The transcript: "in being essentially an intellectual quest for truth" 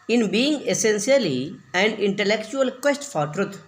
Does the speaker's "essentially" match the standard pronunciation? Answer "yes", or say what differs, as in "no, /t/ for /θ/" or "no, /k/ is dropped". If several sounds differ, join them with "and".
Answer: no, /s/ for /ʃ/